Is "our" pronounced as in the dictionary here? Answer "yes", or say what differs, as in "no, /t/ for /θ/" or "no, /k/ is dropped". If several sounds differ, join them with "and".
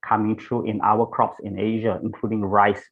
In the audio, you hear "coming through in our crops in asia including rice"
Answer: no, /w/ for /ɹ/